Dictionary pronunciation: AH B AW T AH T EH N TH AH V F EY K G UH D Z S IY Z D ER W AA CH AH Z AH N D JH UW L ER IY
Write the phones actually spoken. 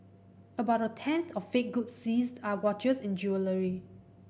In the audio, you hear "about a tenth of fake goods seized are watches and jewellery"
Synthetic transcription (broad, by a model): AH B AW T AH T EH N TH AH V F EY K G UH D S IY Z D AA W AA CH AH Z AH N JH UW L ER IY